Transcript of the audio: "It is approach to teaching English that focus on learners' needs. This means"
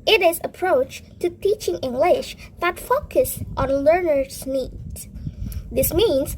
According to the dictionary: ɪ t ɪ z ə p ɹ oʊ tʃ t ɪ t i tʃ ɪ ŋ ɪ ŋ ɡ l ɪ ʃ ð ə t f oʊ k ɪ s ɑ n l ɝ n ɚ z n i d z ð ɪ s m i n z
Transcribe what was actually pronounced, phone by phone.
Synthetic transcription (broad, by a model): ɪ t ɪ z ə p ɹ oʊ tʃ t ɪ t i tʃ ɪ ŋ ɪ ŋ ɡ l ɪ ʃ ð ə t f oʊ k ɪ s ɑ n l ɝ n ɚ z n i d ð ɪ s m i n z